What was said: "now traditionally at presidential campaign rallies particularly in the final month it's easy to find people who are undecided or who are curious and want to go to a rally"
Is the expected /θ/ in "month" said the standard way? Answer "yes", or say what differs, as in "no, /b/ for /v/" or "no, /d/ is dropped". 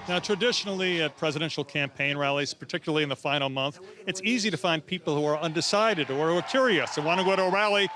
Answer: yes